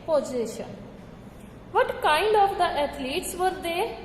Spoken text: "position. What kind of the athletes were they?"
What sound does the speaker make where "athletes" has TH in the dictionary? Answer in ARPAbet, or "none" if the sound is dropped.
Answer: T